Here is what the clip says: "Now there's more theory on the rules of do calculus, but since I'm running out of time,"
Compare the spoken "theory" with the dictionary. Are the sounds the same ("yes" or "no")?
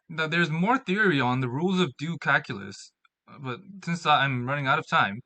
yes